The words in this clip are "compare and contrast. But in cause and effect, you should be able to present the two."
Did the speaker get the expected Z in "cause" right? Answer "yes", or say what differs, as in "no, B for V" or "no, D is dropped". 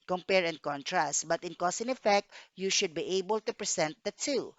no, S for Z